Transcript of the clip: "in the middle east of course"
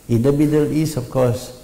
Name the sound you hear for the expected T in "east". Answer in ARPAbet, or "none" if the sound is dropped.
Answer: none